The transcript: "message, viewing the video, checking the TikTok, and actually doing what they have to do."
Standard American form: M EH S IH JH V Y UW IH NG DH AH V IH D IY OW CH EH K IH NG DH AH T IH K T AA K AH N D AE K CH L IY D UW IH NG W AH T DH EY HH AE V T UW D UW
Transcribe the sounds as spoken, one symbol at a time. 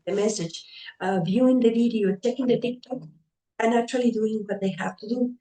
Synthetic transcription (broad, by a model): M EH S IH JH V Y UW IH NG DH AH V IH D IY OW CH EH K IH NG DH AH T IH K T AA K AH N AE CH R L IY D UW IH NG W AH T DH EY HH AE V T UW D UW